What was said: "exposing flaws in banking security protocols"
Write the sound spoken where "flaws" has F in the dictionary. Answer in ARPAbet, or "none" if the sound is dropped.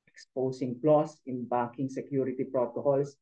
P